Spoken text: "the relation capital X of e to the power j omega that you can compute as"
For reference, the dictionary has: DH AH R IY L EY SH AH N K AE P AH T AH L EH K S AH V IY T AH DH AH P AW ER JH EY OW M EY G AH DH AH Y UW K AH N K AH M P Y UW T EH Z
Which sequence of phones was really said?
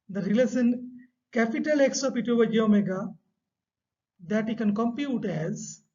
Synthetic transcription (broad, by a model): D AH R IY L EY S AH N K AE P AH T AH L EH K S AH P IY T AH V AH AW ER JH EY OW M EY G AH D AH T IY K AH N K AH M P Y UW T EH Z